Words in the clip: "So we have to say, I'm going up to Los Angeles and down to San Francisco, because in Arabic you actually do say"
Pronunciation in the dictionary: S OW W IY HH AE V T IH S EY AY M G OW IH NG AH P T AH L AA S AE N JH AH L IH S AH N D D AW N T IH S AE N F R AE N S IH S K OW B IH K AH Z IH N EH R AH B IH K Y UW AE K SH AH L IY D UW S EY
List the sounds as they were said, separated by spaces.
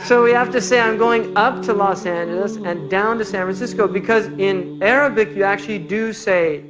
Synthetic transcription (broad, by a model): S OW W IY HH AE F T IH S EY AY M G OW IH NG AH P T AH L AA S AE N JH AH L IH S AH N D D AW N T IH S AE N F R AE N S IH S K OW B IH K AH Z IH N EH R AH B IH K Y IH AE K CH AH L IY D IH S EY